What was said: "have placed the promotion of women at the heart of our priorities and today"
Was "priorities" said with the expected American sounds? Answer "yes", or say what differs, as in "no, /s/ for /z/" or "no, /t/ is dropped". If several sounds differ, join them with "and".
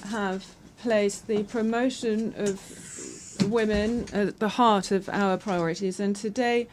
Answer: yes